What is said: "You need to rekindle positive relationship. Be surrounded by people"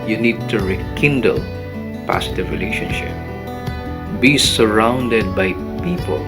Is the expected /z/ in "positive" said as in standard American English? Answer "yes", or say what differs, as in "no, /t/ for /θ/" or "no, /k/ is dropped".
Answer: no, /s/ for /z/